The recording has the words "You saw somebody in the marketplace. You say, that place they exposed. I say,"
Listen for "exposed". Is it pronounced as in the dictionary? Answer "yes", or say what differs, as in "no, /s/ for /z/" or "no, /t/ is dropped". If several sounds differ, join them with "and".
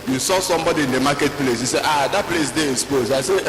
no, /k/ is dropped